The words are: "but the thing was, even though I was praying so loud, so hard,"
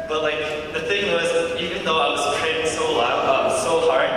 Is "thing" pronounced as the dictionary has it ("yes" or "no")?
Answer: yes